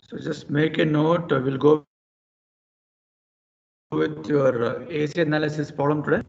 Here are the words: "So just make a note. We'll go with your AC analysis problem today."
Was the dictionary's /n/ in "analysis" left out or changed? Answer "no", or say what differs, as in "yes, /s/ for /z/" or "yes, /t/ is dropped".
no